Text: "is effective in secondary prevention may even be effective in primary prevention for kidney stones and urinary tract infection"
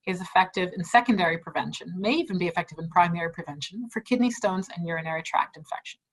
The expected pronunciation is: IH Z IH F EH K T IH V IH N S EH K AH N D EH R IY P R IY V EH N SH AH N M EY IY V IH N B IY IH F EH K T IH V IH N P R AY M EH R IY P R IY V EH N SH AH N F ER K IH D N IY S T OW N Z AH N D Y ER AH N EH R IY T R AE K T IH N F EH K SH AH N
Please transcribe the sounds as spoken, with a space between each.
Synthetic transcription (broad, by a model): IH Z IH F EH K T IH V IH N S EH K AH N D EH R IY P R IY V EH N SH AH N M EY IY V IH N B IY IH F EH K T IH V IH N P R AY M EH R IY P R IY V EH N SH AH N F ER K IH D N IY S T OW N Z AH N Y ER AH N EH R IY T R AE K T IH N F EH K SH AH N